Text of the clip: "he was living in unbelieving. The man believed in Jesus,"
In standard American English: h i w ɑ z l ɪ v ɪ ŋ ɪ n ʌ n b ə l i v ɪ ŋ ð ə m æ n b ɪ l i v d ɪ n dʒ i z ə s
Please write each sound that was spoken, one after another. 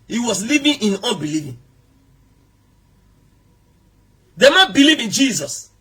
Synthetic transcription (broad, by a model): h i w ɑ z l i v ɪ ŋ ɪ n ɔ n b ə l i v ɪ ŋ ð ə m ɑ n b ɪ l i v ɪ n dʒ i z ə s